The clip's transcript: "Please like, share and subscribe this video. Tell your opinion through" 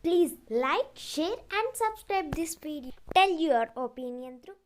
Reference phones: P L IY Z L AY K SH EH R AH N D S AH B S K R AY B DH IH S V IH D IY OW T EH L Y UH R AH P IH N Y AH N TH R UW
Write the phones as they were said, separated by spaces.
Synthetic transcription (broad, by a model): P L IY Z L AY K SH EH R AH N D S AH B S K R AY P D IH S P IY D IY T EH L Y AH R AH P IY N Y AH N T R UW